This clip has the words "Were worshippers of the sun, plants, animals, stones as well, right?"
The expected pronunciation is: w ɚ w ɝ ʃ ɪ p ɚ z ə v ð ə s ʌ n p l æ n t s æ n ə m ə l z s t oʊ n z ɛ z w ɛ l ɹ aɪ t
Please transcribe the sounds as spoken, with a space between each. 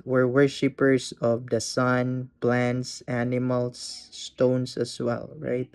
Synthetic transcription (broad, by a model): w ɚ w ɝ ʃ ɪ p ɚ s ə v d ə s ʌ n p l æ n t s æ n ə m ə l s t oʊ n s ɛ s w ɛ l ɹ aɪ t